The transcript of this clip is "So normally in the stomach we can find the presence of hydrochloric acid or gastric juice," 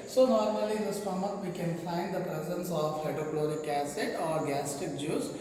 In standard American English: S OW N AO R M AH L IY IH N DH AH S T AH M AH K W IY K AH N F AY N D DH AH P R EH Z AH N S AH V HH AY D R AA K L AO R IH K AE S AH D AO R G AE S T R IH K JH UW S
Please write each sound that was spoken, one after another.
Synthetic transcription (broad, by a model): S OW N AO R M AH L IY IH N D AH S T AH M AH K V IY K AH N F AY N D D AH P R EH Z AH N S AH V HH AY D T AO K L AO R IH K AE S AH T AO R G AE S T IH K JH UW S